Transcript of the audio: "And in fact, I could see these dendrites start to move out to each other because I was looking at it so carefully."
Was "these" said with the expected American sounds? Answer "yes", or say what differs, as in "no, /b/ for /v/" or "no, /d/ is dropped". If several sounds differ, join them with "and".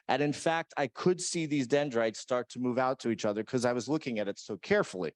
yes